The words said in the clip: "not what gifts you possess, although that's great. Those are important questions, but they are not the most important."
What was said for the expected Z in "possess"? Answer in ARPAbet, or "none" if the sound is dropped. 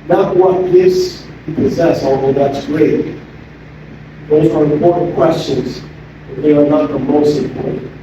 Z